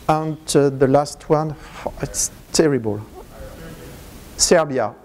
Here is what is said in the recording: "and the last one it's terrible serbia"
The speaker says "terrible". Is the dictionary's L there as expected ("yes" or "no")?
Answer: yes